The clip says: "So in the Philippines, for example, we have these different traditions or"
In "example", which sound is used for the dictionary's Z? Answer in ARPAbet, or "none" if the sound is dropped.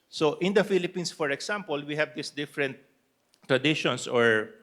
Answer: S